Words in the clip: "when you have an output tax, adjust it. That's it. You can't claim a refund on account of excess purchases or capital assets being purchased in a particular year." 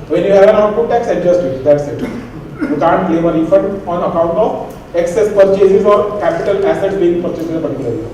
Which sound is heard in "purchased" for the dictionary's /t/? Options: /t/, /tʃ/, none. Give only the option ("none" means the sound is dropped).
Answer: none